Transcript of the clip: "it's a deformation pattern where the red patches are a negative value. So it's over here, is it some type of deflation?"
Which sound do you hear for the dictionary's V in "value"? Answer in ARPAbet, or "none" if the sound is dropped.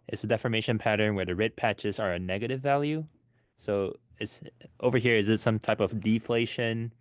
V